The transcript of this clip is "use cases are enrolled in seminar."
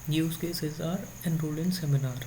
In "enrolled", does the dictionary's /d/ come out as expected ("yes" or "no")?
no